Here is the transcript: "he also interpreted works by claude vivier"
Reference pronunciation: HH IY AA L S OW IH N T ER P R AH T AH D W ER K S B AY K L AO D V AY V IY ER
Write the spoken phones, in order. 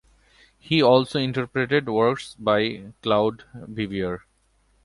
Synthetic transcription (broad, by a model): HH IY AA L S OW IH N T ER P R AH T AH D W ER K S B AY K L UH D B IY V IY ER